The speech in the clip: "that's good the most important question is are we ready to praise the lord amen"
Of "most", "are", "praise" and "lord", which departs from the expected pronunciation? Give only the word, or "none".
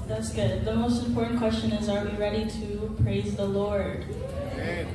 none